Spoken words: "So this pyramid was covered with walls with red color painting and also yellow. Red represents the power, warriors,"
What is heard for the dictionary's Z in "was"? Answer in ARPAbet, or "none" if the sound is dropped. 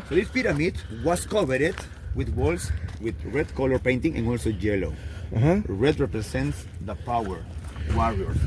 S